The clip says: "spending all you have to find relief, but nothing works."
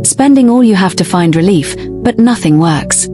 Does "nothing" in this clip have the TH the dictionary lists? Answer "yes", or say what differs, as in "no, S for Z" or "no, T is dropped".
yes